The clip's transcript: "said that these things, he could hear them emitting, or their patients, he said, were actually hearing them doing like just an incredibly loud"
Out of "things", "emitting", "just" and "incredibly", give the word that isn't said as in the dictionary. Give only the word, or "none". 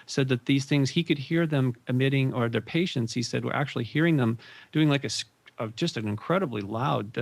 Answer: none